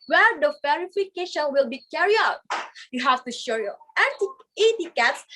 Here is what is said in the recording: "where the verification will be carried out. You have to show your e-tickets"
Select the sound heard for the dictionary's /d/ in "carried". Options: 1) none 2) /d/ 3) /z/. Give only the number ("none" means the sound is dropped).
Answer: 1